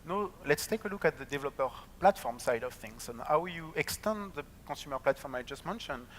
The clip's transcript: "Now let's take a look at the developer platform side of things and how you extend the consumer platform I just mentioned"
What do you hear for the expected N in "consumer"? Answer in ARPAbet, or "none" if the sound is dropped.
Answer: none